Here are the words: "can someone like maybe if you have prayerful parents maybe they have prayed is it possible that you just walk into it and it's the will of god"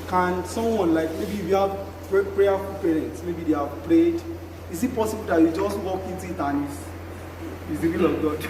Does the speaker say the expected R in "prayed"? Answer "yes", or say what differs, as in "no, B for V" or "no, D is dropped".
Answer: no, L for R